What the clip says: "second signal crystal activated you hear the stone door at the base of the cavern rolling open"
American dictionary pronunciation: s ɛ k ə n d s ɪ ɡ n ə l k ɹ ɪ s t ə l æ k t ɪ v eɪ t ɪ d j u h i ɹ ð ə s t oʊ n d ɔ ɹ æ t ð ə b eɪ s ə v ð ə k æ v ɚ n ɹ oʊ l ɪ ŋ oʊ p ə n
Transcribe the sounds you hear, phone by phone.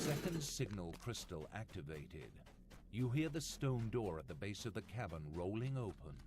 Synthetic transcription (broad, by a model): s ɛ k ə n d s ɪ ɡ n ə l k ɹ ɪ s t l æ k t ɪ v eɪ t ɪ d j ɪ h i ɹ ð ə s t oʊ n d ɔ ɹ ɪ t ð ə b eɪ s ə v ð ə k æ b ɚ n ɹ oʊ l ɪ ŋ oʊ p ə n